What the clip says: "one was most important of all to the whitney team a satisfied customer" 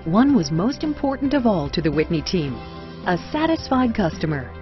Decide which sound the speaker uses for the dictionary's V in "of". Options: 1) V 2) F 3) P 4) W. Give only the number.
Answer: 1